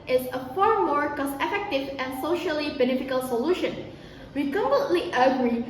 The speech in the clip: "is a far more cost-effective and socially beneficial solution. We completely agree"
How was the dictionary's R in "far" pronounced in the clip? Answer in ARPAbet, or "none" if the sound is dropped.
R